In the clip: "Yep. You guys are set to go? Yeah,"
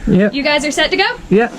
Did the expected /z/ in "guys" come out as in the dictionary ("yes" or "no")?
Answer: yes